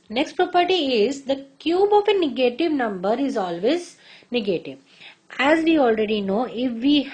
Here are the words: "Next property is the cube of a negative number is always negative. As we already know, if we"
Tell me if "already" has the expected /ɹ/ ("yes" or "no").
yes